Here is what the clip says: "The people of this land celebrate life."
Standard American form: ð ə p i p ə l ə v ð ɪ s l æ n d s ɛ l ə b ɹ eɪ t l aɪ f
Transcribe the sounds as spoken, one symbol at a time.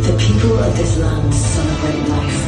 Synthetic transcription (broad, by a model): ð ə p i p ə l ə v ð ɪ s l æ n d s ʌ n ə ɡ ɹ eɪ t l aɪ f